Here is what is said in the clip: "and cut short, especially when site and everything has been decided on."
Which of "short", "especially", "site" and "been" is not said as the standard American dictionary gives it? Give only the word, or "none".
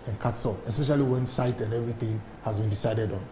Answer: short